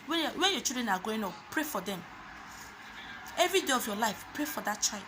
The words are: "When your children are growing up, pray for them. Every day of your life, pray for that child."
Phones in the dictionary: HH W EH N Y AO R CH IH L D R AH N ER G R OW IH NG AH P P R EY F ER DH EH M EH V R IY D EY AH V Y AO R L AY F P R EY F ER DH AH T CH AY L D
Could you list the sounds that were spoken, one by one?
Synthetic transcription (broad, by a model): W W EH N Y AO CH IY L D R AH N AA G OW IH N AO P P R EY F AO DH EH M EH V R IY D EY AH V Y AO L AY F P R EY F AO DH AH T CH AY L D